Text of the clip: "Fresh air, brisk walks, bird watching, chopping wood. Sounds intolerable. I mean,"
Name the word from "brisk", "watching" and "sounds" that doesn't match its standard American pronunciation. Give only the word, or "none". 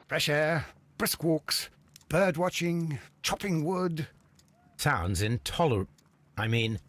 none